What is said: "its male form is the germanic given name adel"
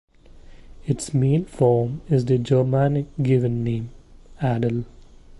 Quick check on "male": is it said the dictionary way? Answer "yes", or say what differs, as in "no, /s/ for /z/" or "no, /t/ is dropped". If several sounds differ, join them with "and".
no, /n/ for /l/